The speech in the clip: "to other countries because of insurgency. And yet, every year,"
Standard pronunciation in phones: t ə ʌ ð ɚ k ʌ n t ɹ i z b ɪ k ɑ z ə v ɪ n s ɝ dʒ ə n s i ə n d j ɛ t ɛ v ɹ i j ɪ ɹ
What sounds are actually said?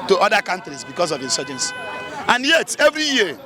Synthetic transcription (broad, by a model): t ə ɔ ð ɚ k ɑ n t ɹ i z b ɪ k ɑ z ə v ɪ n s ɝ dʒ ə n s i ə n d j ɛ t ɛ v ɹ i j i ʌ